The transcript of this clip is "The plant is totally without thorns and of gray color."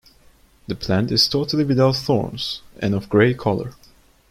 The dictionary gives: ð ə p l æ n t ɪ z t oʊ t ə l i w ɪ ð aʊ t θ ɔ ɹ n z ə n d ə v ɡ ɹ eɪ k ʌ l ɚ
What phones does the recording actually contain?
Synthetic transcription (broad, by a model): ð ə p l æ n t ɪ z t oʊ t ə l i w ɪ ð aʊ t θ ɔ ɹ n z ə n ə v ɡ ɹ eɪ k ʌ l ɚ